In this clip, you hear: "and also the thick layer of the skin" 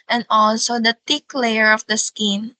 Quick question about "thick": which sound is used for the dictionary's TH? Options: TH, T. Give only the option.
T